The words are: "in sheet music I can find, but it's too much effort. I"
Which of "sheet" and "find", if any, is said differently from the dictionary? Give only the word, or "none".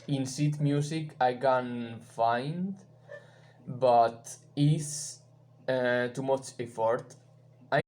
sheet